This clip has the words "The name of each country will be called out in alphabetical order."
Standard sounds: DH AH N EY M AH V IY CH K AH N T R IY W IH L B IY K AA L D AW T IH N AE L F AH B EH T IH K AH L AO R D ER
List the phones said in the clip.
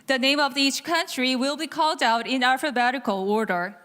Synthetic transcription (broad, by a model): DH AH N EY M AH V IY CH K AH N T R IY W IH L B IY K AA L D AW T IH N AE F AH B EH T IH K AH L AO R D ER